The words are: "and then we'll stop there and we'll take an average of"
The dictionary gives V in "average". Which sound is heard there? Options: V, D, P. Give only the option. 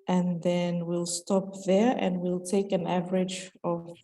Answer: V